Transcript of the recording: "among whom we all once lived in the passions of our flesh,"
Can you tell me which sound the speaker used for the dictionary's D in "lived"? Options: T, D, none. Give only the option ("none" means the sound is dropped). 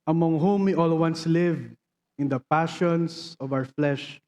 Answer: none